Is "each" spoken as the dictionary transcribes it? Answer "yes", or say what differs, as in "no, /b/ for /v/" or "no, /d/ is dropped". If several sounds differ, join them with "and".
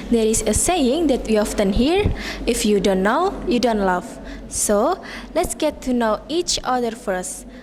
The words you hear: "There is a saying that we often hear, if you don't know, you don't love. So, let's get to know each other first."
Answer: yes